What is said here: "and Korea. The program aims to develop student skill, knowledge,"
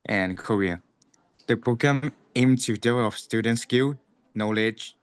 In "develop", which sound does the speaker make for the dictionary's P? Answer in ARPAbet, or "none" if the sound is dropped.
F